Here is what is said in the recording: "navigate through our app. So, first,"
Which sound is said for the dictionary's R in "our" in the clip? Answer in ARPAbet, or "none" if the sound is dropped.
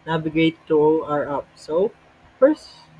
R